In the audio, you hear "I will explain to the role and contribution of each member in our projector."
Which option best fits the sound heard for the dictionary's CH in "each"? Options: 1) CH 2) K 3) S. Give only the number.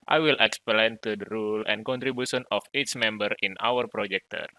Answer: 3